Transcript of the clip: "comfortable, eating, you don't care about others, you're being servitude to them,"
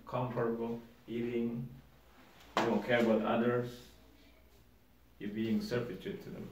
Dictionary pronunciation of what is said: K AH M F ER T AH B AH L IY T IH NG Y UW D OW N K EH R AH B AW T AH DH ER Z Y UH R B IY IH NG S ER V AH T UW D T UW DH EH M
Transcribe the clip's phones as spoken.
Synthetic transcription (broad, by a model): K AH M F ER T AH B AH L IY T IH NG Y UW D OW N K EH R AH B AW T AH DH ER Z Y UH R B IY IH NG S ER F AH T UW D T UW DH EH M